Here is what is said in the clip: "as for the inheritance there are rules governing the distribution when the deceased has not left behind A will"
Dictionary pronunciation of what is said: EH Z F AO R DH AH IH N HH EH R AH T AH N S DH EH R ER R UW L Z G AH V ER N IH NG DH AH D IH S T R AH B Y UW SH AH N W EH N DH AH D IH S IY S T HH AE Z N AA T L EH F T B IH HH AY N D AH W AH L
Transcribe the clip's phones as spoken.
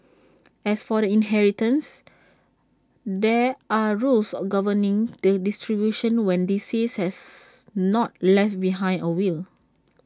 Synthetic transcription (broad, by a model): EH S F AO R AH IH N HH EH R AH T AH N S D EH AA R UW L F G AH V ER N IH NG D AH D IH S T R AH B Y UW SH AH N W EH N D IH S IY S HH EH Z N AA T L EH F T B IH HH AY N AH W AH L